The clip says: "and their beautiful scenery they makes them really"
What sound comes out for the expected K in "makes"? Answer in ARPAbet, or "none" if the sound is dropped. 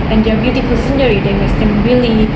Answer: none